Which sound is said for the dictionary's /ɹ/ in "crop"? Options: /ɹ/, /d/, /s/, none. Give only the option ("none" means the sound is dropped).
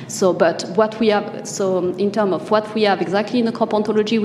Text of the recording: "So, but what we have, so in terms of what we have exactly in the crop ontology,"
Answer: none